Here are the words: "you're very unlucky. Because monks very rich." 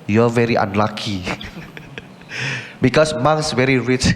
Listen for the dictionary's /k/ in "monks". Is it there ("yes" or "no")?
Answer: no